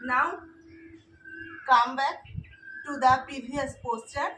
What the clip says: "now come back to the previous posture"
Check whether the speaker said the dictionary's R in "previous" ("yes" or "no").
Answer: no